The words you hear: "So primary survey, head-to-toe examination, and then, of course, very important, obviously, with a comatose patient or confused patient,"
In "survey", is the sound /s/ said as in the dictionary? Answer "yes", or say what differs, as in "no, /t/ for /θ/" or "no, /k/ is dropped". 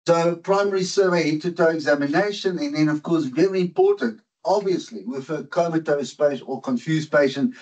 yes